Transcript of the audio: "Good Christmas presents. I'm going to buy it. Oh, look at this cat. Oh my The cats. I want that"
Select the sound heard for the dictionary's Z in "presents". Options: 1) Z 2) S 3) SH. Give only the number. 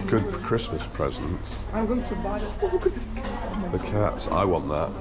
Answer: 1